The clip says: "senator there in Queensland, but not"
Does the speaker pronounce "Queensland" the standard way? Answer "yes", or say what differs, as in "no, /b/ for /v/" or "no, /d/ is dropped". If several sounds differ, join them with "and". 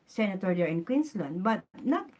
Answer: no, /s/ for /z/